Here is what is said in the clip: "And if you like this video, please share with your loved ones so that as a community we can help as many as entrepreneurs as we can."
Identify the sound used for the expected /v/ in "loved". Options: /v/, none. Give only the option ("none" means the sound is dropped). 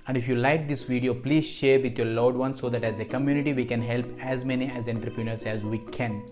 none